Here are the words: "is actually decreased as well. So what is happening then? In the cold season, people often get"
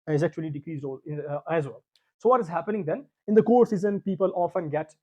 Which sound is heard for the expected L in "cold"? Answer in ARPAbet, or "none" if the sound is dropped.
none